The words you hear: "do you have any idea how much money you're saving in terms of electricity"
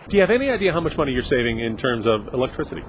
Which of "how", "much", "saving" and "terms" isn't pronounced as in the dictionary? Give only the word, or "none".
none